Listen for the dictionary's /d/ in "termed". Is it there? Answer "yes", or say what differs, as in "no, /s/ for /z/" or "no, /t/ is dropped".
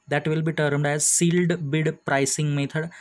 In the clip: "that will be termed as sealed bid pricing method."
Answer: yes